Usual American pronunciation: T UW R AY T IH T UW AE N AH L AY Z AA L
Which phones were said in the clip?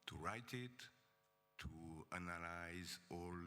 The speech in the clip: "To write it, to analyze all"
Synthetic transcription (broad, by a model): T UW R AY T IH T UW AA N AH L AY Z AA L